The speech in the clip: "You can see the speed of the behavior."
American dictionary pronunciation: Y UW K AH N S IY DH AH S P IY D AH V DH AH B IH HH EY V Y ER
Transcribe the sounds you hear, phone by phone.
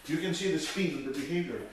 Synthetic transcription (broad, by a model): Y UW K AH N S IY DH AH S F IY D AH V DH AH B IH HH EY V Y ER